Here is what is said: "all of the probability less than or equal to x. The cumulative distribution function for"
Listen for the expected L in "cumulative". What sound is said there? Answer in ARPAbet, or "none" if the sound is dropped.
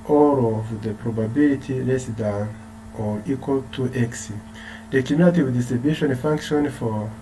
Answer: none